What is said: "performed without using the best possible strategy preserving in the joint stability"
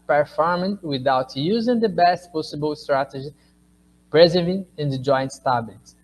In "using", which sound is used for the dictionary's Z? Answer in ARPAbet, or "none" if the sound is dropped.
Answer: Z